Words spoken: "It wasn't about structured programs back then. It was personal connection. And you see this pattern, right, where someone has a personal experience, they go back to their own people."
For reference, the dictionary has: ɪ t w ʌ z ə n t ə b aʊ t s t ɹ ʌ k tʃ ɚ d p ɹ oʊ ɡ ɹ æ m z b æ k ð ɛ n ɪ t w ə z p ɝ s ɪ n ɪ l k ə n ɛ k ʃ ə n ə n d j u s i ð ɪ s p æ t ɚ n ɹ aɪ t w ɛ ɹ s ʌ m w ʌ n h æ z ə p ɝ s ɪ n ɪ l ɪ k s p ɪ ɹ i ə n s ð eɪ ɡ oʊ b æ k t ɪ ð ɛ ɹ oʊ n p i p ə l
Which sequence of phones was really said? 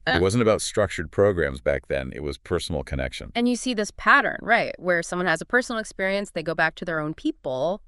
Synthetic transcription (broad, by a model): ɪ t w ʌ z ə n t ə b aʊ t s t ɹ ʌ k tʃ ɚ d p ɹ oʊ ɡ ɹ æ m z b æ k ð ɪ n ɪ t w ə z p ɝ s n l k ə n ɛ k ʃ ə n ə n j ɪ s i ð ɪ s p æ t ɚ n ɹ aɪ t w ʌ ɹ s ʌ m w ʌ n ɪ z ə p ɝ s n l ɪ k s p ɪ ɹ i ə n s ð eɪ ɡ oʊ b æ k t ɪ ð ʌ ɹ oʊ n p i p l